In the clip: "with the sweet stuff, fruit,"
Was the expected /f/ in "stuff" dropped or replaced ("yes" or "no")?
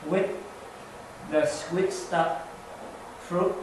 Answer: yes